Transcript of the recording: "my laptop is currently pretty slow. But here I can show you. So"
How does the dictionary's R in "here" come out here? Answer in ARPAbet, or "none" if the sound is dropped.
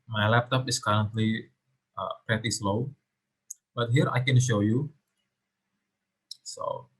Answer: R